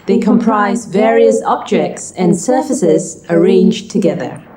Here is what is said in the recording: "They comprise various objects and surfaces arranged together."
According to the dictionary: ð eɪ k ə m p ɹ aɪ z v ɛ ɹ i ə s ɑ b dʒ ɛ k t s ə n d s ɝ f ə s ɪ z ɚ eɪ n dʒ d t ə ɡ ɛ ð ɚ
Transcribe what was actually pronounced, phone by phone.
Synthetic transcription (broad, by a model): ð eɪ k ə m p ɹ aɪ z v ɛ ɹ i ə s ɑ b dʒ ɛ k t s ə n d s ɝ f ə s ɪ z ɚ eɪ n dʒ t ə ɡ ɛ ð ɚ